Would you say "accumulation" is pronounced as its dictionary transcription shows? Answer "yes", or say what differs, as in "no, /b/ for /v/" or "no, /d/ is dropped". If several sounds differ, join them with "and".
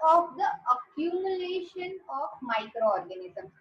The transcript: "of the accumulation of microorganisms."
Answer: yes